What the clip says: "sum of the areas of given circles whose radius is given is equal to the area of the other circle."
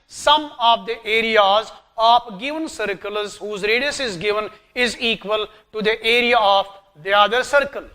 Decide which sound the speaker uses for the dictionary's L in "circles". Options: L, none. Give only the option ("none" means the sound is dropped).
L